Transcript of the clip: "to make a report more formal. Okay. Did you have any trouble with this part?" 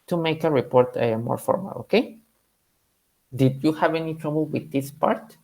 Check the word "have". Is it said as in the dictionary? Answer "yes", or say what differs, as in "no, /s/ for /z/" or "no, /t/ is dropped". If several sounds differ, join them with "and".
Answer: yes